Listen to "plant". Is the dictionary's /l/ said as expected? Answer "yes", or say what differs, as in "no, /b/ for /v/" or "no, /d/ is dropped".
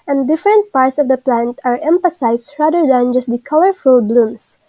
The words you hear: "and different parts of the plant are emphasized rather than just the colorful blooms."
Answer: yes